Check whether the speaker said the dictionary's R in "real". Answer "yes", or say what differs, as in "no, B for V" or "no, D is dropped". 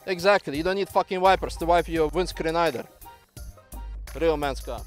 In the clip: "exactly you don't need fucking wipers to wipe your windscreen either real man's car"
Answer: yes